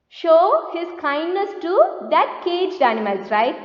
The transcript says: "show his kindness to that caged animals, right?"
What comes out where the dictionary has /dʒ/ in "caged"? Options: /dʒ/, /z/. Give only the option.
/dʒ/